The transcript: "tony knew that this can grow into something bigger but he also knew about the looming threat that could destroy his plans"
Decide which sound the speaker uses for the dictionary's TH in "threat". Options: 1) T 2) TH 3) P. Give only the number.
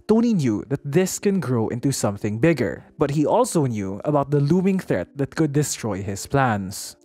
2